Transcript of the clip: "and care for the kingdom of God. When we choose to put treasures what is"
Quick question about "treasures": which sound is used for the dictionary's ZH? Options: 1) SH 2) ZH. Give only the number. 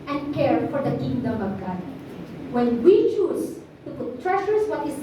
1